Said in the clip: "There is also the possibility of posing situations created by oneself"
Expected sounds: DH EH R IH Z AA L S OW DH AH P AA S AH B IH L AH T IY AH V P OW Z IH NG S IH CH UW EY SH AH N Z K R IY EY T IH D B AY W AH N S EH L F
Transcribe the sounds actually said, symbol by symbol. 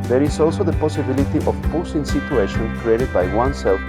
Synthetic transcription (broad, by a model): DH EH R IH S AA L S OW DH AH P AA S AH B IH L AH T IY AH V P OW S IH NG S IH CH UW EY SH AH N K R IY EY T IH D B AY W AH N S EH L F